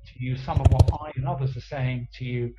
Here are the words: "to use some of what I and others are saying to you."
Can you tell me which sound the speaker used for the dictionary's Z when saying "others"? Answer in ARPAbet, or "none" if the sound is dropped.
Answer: Z